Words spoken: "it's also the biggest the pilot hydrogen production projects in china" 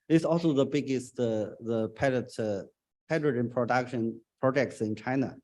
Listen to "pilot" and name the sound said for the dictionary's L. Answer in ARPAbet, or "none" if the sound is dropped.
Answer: none